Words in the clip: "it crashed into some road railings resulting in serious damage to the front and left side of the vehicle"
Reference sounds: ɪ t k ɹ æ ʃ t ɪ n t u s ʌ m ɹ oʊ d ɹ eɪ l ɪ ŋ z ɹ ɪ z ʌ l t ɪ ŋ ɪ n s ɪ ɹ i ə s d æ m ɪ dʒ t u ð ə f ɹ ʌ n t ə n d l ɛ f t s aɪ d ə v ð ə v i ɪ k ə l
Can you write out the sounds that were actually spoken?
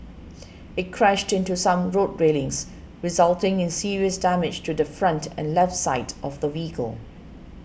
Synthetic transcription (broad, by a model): ɪ t k ɹ æ ʃ t ɪ n t u s ʌ m ɹ oʊ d ɹ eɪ l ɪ ŋ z ɹ ɪ z ʌ l t ɪ ŋ ɪ n s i ɹ i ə s d æ m ɪ dʒ t u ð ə f ɹ ʌ n t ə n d l ɛ f t s aɪ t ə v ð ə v i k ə l